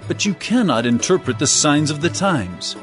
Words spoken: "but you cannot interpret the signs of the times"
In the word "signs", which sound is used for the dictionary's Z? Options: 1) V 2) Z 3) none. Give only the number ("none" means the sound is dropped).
2